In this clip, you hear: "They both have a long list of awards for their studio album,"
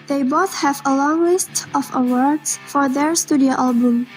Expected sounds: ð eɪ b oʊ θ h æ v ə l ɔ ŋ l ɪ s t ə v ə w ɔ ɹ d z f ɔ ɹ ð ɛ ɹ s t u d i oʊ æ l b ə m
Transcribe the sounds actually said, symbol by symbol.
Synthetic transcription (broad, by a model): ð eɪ b oʊ θ h æ v ə l ɔ ŋ l ɪ s t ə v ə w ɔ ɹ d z f ɔ ɹ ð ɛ ɹ s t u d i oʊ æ l b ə m